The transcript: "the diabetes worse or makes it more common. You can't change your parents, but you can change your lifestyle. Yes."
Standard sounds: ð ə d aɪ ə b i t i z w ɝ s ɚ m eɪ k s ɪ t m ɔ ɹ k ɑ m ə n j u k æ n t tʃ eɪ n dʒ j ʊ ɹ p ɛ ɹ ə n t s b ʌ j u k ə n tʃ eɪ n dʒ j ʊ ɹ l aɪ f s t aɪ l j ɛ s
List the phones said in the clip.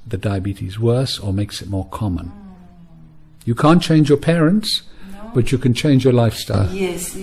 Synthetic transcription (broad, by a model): ð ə d aɪ ə b i t i z w ɝ s ɚ m eɪ k s ɪ t m ɔ ɹ k ɑ m ə n j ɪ k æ n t tʃ eɪ n dʒ j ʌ ɹ p ɛ ɹ ə n t s b ʌ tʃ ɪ k ə n tʃ eɪ n dʒ j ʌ ɹ l aɪ f s t aɪ l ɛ